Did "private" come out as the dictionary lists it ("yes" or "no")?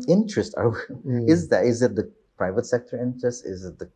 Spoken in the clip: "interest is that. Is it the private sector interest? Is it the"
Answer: yes